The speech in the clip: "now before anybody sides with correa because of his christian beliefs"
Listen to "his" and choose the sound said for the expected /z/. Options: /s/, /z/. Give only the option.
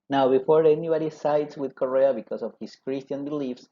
/s/